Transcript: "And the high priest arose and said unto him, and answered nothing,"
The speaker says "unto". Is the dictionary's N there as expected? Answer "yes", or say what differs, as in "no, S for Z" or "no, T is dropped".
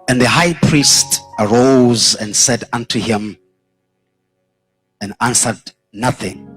yes